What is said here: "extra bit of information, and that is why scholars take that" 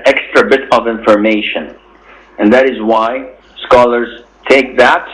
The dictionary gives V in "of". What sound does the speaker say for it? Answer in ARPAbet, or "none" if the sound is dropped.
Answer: V